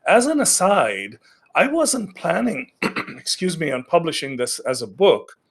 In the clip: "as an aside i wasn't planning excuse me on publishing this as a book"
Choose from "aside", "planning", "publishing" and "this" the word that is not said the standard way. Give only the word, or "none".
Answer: none